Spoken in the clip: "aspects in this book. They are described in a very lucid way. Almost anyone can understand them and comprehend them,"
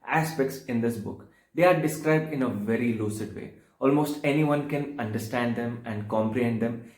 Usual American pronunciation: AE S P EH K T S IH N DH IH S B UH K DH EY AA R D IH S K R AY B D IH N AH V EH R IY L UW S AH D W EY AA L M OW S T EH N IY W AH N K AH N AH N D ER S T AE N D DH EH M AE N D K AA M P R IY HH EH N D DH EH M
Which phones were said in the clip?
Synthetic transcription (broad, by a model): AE S P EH K T S IH N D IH S B UH K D EY AA R D IH S K R AY B D IH N AH V EH R IY L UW S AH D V EY AA L M OW S T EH N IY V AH N K AH N AH N D ER S T AE N D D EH M AE N D K AA M P R IY HH EH N D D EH M